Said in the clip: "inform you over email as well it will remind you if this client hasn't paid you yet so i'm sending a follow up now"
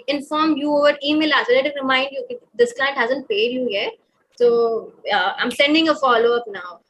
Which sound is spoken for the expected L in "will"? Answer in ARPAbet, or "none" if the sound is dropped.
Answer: N